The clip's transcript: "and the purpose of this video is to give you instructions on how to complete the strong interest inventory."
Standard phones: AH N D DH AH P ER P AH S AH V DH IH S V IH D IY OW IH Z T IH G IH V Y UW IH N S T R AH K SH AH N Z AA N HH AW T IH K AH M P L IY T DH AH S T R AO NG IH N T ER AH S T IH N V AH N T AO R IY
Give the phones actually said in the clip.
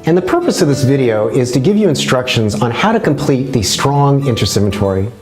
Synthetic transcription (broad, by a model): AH N DH AH P ER P AH S AH V DH IH S V IH D IY OW IH Z T IH G IH V Y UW IH N S T R AH K SH AH N Z N HH AW T IH K AH M P L IY T DH AH S T R AO NG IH N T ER S IH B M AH T AO R IY